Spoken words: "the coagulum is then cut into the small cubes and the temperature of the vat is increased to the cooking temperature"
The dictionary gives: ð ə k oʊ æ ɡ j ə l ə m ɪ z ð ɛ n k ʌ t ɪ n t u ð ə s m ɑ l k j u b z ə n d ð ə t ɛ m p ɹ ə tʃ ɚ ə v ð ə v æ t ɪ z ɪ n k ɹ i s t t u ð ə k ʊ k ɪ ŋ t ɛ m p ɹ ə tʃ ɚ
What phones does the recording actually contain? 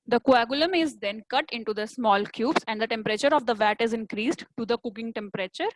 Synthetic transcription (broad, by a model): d ə k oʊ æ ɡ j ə l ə m ɪ z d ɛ n k ʌ t ɪ n t u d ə s m ɑ l k j u b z ə n d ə t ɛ m p ɹ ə tʃ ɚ ə v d ə v æ t ɪ z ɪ n k ɹ i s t t u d ə k ʊ k ɪ ŋ t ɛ m p ɹ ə tʃ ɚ